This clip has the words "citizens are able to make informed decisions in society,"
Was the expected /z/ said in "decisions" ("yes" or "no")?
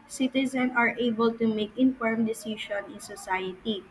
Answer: no